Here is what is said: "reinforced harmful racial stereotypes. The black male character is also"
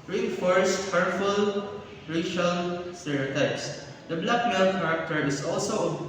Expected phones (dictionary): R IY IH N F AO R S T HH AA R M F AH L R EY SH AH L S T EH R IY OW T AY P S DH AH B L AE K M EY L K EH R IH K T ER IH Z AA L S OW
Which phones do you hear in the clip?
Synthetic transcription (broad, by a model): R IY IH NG F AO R S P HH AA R F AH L R EY SH AH L S T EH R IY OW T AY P S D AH B L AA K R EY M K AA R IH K T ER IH S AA L S OW